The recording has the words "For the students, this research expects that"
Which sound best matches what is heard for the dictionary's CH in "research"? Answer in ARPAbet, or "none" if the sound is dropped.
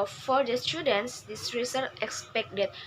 none